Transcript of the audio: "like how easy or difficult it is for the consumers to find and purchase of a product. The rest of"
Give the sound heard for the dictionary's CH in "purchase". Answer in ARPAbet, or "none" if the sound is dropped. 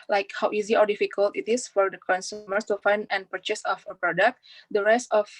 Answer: CH